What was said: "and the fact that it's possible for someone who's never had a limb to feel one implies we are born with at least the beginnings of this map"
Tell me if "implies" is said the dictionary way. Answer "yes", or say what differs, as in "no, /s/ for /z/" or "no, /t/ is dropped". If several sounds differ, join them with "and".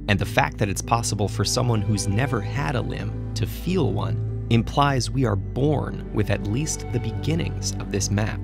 yes